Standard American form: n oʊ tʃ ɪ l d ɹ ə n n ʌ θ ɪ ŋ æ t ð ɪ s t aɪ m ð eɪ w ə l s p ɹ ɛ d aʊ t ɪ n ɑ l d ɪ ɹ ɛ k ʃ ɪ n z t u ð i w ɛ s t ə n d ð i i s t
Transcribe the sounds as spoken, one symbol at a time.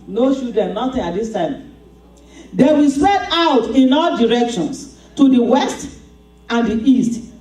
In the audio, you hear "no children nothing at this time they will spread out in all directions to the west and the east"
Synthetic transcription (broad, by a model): n oʊ ʃ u d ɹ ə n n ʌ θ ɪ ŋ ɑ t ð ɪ s t aɪ m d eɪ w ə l s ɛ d aʊ t ɪ n ɑ l d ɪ ɹ ɛ k ʃ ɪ n s t u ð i w ɛ s t ə n d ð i i s t